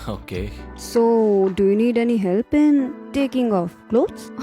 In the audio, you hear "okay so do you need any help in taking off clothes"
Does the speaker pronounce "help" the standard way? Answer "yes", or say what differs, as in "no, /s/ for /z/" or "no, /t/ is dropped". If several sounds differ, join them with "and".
yes